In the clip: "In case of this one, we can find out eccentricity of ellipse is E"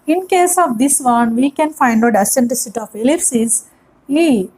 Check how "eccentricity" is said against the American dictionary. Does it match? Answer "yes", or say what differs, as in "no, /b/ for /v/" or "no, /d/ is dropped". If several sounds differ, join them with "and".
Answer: no, /k/ is dropped and /ɹ/ is dropped